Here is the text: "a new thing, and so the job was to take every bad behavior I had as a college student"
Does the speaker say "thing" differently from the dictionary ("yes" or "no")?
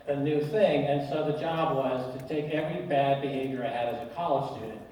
no